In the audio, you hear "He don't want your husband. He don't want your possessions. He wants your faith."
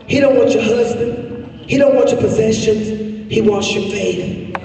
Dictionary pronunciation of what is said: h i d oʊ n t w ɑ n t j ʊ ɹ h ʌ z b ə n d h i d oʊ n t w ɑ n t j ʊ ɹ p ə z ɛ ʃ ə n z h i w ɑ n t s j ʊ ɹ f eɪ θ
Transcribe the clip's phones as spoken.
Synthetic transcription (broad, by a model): h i d oʊ n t w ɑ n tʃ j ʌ ɹ h ʌ z b ə n d h i d oʊ n t w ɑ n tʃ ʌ ɹ p ə z ɛ ʃ ə n z h i w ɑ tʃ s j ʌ ɹ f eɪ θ